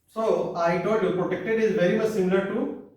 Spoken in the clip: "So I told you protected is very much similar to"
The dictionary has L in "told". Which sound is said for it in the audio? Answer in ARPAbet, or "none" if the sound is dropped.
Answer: none